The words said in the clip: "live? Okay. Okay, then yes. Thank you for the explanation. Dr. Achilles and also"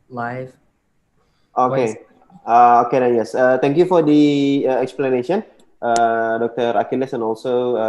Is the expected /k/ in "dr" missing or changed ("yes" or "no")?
no